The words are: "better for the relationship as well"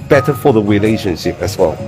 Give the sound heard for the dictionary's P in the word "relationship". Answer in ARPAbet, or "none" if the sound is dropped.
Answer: none